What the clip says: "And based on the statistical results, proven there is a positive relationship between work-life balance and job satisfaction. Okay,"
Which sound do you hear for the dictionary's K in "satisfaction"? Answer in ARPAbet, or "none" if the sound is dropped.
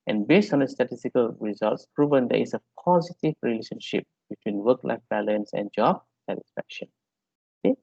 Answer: K